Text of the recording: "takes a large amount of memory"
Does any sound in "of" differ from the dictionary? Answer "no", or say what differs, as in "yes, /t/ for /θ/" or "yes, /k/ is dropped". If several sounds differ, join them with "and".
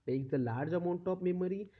yes, /p/ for /v/